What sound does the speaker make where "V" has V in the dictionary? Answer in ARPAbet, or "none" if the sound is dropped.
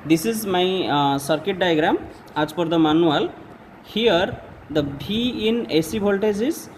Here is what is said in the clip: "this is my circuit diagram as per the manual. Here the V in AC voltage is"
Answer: B